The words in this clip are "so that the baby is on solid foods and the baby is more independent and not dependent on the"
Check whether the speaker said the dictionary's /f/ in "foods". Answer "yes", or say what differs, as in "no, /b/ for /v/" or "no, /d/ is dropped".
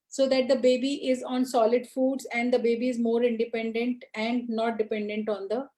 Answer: yes